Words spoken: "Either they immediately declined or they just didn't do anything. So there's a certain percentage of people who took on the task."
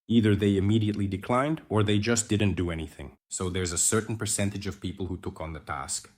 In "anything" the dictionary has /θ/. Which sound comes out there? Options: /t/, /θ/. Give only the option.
/θ/